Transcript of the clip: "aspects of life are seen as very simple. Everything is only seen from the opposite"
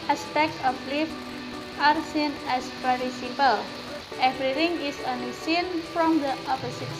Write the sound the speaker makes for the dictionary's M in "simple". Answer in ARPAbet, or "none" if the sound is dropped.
none